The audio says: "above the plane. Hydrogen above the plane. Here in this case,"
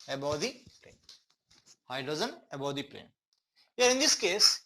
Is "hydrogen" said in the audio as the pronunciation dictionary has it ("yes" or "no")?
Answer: no